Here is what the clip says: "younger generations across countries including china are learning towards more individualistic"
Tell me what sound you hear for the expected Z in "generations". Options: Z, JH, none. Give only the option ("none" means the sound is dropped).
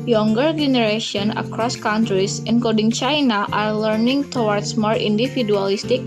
none